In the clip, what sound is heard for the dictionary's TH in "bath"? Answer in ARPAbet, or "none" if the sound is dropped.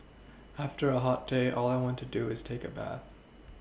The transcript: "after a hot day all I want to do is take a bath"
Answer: TH